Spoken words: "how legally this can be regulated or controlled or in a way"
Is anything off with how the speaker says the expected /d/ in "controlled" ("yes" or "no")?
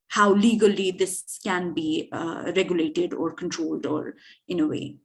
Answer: no